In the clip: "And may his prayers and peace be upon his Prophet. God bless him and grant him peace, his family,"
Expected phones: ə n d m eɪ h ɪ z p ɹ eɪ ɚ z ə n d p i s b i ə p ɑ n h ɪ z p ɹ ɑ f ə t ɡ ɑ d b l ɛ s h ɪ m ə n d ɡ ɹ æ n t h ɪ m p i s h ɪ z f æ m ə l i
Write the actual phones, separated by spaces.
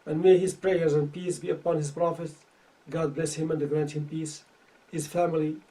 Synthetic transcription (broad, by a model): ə n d m eɪ h ɪ z p ɹ eɪ ɚ z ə n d p i s b i ə p ɑ n h ɪ z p ɹ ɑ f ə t ɡ ɑ d b l ɛ s h ɪ m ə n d ɡ ɹ æ n t h ɪ m p i s h ɪ z f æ m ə l i